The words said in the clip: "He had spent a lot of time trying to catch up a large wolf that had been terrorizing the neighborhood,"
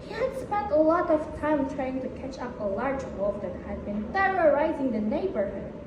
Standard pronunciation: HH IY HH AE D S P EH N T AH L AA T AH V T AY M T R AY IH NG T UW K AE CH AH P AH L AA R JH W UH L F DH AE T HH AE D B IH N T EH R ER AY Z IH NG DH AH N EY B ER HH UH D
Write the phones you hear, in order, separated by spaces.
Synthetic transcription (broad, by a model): HH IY HH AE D S P EH N T AH L AA T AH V T AY M T R AY IH NG T UW K AE CH AH P AH L AA R JH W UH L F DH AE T HH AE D B IH N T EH R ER AY Z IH NG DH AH N EY B ER HH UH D